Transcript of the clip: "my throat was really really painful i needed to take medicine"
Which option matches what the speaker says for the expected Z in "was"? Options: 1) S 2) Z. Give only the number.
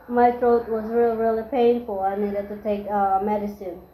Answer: 2